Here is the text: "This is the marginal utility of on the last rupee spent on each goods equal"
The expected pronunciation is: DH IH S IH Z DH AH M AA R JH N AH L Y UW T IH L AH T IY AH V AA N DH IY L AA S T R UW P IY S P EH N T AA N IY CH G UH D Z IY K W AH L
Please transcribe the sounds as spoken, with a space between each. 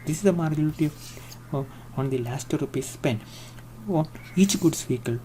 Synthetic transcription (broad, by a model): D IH S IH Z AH M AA R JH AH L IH T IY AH AA N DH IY L AA S T R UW P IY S P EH N AA N IY CH G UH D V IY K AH L